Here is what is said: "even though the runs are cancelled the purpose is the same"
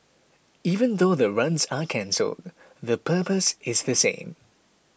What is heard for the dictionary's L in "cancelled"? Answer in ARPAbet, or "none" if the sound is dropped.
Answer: L